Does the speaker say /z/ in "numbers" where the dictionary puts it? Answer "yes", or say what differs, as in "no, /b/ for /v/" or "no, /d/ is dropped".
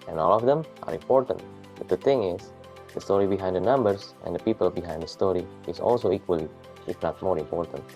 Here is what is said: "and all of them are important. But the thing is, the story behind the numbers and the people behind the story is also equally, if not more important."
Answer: no, /s/ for /z/